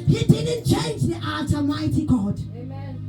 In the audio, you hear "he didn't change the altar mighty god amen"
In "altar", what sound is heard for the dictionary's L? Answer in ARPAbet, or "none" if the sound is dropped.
none